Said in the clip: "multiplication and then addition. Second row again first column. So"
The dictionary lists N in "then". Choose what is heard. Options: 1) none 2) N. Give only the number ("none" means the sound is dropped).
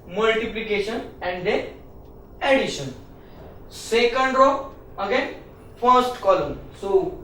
1